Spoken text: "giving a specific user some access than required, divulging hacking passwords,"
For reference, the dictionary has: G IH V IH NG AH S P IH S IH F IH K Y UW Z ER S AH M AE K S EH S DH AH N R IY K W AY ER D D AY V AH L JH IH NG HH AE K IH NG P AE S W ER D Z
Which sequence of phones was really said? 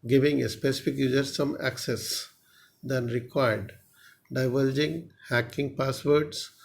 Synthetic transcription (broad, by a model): G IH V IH NG AH S P IH S IH F IH K Y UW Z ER S AH M AE K S EH S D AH N R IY K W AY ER D D AY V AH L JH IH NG HH AE K IH NG P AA S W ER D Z